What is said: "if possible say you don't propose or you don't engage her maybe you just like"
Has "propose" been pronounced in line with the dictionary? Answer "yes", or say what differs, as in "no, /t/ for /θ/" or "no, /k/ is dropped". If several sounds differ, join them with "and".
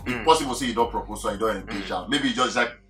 no, /s/ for /z/